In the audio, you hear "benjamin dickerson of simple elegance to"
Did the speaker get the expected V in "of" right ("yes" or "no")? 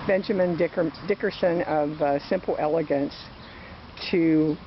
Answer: yes